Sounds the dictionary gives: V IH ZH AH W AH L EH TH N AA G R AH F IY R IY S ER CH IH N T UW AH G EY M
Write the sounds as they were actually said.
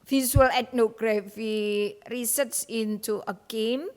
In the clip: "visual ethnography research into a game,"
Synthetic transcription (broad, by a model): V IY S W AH L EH T N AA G R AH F IY R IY S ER S IH N T UW AH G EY M